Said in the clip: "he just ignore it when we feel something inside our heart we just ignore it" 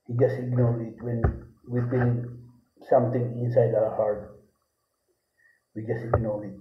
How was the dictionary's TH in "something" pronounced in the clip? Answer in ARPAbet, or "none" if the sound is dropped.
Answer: T